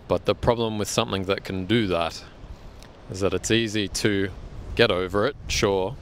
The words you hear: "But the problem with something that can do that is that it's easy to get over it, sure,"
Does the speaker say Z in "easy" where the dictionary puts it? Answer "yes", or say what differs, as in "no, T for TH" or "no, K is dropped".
yes